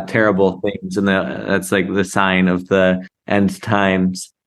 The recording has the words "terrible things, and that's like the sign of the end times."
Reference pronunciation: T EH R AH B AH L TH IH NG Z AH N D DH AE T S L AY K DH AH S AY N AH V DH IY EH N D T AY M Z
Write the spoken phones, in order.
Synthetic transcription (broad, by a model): T EH R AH B L TH IH NG Z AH N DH DH AE T S L AY K DH AH S AY N AH V DH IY EH N D T AY M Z